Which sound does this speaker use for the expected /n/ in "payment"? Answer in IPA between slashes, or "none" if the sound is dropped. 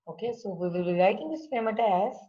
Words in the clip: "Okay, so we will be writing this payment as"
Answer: none